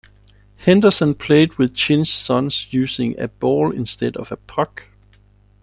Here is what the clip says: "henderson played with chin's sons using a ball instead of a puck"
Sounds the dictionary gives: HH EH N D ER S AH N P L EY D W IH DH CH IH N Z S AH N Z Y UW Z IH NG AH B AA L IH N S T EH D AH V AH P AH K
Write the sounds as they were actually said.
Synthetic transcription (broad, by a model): HH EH N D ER S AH N P L EY D W IH DH CH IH N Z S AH N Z Y UW S IH NG AH B AA L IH N S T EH D AH V AH P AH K